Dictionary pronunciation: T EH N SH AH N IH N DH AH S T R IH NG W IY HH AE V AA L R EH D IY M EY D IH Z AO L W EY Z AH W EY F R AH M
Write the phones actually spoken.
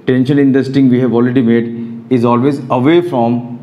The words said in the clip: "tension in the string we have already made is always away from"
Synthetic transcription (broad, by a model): T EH N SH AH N IH N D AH S T IH NG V IY HH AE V AA L R EH D IY M EY D IH Z AO L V EY Z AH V EY F R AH M